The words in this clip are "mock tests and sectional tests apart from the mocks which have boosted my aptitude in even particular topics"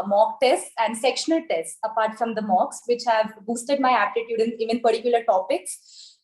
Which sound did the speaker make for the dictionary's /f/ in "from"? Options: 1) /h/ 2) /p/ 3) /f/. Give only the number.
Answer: 3